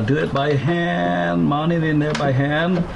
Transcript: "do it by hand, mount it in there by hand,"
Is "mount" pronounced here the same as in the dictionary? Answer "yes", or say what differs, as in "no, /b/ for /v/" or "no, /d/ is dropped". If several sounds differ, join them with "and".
no, /t/ is dropped